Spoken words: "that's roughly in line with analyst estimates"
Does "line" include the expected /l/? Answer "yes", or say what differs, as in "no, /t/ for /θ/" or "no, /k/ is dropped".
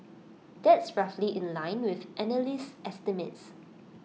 yes